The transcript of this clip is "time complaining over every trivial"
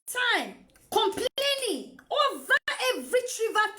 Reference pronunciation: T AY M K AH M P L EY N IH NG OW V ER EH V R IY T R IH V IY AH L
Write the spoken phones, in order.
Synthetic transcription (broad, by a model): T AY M K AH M P L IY L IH OW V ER EH V R IY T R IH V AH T